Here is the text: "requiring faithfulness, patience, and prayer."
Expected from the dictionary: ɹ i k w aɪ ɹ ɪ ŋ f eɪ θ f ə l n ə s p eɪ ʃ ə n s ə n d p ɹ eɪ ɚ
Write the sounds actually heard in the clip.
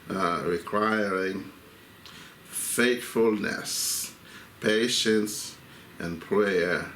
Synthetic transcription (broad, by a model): ɹ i k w aɪ ɹ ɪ ŋ f eɪ t f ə l n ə s p eɪ ʃ ə n s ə n p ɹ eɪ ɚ